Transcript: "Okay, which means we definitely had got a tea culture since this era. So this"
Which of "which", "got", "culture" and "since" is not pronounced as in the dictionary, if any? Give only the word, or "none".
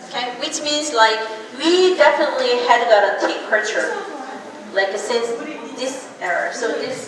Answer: culture